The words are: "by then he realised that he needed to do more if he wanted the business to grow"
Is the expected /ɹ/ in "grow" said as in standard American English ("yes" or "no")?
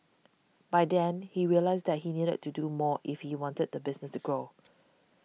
yes